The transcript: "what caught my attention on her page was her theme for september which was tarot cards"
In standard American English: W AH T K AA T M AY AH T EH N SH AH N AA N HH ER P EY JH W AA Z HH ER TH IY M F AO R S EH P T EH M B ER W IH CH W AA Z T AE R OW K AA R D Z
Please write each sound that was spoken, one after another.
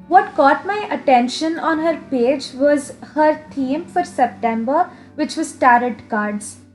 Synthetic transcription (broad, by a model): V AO T K AA T M AY AH T EH N SH AH N AA N HH ER P EY JH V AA Z HH ER T IY M F AO R S EH P T EH M B ER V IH CH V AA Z T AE R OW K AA R D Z